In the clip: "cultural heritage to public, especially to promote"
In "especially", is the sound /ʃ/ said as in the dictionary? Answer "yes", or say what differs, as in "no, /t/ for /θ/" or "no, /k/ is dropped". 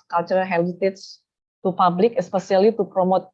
no, /s/ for /ʃ/